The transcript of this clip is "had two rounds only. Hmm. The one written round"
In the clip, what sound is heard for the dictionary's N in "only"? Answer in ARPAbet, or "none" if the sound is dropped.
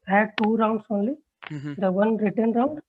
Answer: none